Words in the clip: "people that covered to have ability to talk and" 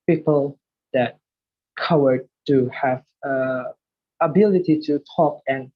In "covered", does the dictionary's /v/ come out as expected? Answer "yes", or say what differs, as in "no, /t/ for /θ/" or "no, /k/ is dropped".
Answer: no, /w/ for /v/